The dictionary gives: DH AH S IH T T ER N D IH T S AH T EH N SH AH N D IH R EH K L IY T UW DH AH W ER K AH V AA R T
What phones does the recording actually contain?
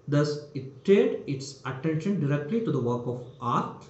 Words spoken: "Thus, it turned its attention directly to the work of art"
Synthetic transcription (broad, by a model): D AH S IH T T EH D IH T S AH T EH N SH AH N D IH R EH K L IY T UW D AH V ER K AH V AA R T